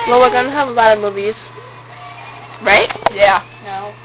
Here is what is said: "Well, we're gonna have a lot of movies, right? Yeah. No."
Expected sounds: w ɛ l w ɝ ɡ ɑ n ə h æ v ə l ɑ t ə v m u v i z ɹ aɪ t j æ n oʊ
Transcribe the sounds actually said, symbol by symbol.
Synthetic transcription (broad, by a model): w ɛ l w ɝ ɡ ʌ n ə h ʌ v ə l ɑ t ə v m u v i z ɹ aɪ t j æ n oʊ